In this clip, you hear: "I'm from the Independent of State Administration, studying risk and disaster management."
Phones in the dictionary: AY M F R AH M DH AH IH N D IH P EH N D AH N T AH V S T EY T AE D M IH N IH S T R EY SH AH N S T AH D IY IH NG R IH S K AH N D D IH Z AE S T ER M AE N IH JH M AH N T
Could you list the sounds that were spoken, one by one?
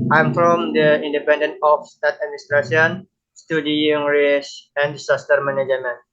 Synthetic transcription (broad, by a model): AY M F R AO M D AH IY N D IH P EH N D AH N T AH F S T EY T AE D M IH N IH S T R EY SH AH N S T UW D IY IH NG R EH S AH N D D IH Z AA S T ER M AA N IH JH M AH N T